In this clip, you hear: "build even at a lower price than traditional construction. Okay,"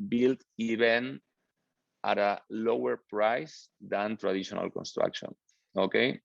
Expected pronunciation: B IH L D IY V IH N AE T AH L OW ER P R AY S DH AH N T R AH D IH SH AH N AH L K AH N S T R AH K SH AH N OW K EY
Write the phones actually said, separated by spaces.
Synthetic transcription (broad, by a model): B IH L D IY B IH N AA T AH L OW ER P R AY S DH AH N T R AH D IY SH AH N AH L K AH N S T R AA K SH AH N OW K EY